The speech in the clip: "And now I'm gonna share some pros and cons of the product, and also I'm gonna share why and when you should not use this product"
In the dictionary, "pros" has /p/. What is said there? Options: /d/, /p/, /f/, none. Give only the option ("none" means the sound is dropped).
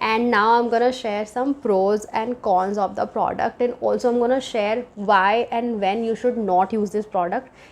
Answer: /p/